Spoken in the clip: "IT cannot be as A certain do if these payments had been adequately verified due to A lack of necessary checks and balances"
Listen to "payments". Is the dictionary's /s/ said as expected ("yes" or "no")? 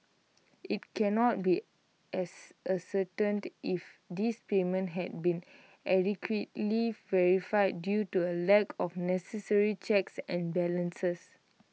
no